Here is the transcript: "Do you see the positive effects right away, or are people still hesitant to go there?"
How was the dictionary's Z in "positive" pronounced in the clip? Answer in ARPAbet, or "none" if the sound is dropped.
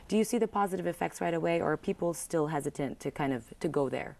Z